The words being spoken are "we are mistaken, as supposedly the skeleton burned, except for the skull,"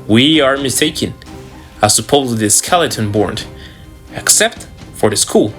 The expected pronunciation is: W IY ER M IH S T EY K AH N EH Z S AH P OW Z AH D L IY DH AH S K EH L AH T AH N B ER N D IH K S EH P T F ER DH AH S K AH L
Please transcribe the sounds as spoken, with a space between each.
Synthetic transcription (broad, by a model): W IY ER M IH S T EY K AH N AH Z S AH P OW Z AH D IY S K EH L AH T AH N B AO N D IH K S EH P T F ER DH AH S K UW L